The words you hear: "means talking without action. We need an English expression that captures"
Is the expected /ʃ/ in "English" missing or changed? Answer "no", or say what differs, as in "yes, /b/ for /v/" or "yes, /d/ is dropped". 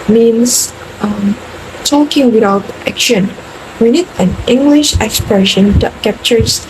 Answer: no